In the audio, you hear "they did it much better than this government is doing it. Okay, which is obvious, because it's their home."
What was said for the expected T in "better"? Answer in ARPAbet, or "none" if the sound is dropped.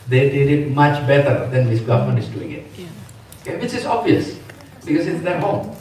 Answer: T